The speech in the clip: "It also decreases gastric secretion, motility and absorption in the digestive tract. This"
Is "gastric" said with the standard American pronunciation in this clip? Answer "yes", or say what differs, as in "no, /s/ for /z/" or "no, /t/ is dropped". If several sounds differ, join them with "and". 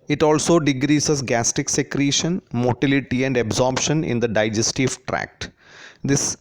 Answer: no, /ɹ/ is dropped